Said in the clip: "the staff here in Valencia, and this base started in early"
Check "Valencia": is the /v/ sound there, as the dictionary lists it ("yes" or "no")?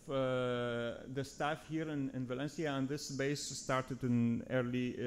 yes